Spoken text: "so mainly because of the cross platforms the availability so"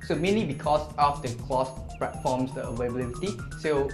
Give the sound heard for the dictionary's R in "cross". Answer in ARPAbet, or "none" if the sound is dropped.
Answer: L